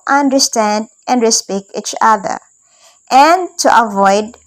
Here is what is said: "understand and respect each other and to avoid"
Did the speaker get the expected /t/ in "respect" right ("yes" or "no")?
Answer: no